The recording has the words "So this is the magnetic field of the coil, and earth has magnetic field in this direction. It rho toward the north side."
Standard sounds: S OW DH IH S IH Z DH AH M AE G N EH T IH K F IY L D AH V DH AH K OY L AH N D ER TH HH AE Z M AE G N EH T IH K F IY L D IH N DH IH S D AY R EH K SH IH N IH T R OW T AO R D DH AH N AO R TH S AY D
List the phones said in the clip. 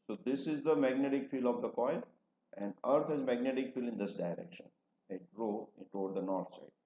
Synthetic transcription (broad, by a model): S OW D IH S IH Z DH AH M AE G N EH T IH K F IY L AH V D AH K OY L AH N D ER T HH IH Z M AE G N EH T IH K F IY L IH N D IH S D AY R EH K SH IH N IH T R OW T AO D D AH N AO R T S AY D